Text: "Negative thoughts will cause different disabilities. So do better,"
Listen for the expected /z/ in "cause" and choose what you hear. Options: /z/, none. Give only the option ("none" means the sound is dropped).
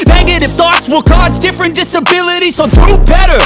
/z/